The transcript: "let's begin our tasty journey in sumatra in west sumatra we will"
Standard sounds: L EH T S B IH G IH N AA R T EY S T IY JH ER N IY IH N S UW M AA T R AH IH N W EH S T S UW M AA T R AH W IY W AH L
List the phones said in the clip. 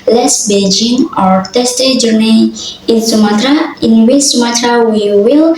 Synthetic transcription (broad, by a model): L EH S B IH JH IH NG AA R T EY S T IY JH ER N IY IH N S UW M AA T R AH IH N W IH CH S UW M AA T R AH W IY W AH L